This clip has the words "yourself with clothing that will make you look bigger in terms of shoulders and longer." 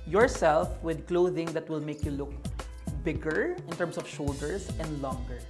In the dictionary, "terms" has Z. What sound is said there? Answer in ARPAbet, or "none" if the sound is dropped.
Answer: S